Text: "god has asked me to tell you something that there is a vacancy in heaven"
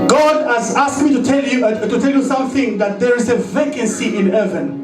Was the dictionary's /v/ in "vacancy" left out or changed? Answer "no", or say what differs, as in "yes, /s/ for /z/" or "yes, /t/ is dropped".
no